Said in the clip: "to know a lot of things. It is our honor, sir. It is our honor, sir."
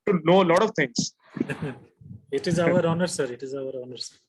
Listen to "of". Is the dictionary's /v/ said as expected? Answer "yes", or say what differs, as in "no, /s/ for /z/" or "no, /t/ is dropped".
yes